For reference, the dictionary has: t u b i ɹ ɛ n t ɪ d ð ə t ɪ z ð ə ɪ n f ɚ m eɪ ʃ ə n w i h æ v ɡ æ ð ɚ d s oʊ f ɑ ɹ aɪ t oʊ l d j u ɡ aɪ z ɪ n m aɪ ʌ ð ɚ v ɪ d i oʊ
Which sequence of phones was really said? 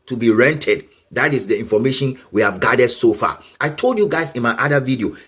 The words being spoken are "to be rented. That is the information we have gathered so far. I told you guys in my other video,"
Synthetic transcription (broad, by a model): t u b i ɹ ɛ n t ɪ d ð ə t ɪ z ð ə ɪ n f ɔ m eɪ ʃ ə n w i h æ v ɡ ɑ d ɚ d s oʊ f ɑ aɪ t oʊ l d j u ɡ aɪ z ɪ n m aɪ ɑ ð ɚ v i d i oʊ